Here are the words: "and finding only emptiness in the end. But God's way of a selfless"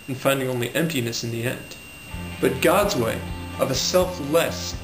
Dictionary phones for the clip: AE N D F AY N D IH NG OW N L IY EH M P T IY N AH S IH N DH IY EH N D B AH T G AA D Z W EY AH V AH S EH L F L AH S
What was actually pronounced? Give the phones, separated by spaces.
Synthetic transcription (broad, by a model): N F AY N D IH NG OW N L IY EH M P T IY N AH S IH N DH IY EH N D B AH T G AA D Z W EY AH V AH S EH L F L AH S